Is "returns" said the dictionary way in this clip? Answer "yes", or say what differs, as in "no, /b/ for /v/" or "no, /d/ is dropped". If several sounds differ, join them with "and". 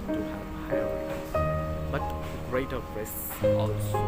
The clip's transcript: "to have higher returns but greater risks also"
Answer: no, /l/ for /ɹ/